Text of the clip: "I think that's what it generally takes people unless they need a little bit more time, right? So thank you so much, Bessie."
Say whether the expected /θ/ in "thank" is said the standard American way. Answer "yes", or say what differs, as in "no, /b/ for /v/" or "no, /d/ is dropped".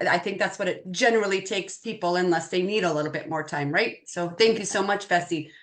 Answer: yes